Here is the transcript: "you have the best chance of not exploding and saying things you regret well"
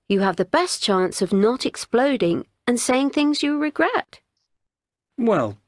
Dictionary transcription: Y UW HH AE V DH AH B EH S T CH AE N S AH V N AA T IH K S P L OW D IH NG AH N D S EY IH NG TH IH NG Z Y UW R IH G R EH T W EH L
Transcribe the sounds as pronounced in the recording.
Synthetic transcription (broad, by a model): Y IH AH V DH AH B EH S CH AE N S AH V N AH T IH K S P L OW D IH NG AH N S EY IH NG TH IH NG Z Y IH R IH G R EH T W EH L